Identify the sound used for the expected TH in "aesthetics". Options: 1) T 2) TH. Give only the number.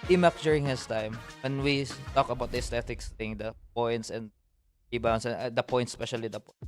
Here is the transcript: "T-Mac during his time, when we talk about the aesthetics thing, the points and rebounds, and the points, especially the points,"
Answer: 1